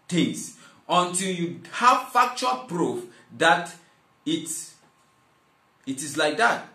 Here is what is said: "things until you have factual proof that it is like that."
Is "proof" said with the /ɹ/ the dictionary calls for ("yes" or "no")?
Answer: yes